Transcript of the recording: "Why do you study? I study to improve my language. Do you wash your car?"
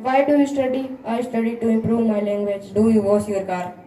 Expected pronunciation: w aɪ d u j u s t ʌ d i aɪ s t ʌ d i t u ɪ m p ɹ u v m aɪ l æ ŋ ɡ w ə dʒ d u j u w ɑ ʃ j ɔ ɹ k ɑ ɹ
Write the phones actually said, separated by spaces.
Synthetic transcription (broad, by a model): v aɪ d u j u s t ʌ d i aɪ s t ʌ d i t u ɪ m p ɹ u v m aɪ l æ ŋ ɡ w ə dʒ d u j u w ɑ s j ɔ ɹ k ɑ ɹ